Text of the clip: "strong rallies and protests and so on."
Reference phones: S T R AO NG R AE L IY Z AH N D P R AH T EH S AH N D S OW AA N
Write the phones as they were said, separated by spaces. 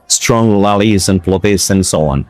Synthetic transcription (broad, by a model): S T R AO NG L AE L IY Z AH N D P L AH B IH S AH N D S OW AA N